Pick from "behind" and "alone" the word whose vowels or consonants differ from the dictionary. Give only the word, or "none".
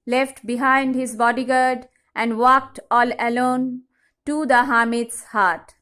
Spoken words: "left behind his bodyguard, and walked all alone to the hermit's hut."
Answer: none